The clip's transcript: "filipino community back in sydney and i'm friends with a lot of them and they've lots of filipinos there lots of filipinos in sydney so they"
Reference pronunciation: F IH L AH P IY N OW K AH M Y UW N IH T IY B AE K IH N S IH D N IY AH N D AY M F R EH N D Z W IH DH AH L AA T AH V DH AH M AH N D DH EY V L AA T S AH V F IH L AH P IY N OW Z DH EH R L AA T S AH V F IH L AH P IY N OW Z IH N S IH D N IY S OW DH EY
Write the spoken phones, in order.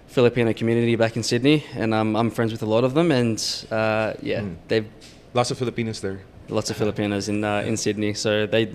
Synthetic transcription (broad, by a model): F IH L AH P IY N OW K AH M Y UW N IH T IY B AE K IH N S IH D N IY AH N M AY M F R EH N D Z W IH DH AH L AA T AH V DH AH M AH N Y DH EY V L AA T S AH V F IH L AH P IY N OW Z DH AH R L AA T S AH V F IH L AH P IY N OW Z IH N S IH D N IY S OW DH EY